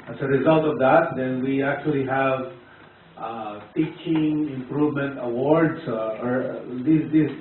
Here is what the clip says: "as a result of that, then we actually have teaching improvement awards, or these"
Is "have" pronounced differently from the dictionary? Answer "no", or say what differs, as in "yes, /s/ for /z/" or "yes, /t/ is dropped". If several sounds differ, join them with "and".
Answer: no